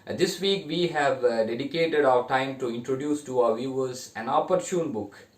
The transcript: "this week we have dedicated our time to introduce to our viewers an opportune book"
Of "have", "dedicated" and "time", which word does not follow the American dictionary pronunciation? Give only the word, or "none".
none